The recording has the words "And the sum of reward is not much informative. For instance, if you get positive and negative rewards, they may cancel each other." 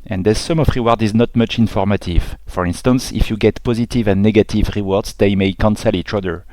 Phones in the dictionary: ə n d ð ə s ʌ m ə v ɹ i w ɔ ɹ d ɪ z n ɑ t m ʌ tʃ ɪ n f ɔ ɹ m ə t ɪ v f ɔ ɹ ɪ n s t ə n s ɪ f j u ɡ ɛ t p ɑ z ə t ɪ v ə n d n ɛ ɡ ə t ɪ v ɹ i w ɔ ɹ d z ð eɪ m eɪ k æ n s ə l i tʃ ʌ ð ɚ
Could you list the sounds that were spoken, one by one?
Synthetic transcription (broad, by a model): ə n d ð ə s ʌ m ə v ɹ i w ɔ ɹ d ɪ z n ɑ t m ʌ tʃ ɪ n f ɔ ɹ m ə t ɪ v f ɔ ɹ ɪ n s t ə n s ɪ f j u ɡ ɛ t p ɑ z ə t ɪ v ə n n ɛ ɡ ə t ɪ v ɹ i w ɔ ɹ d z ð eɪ m eɪ k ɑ n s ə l i tʃ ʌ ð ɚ